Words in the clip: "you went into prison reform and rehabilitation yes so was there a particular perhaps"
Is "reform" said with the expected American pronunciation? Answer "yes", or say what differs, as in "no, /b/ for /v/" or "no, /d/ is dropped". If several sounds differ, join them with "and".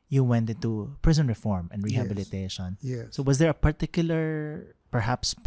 yes